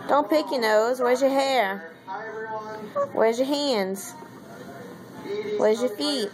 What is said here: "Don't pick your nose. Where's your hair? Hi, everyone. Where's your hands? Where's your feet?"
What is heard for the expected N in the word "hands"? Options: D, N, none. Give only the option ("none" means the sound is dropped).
N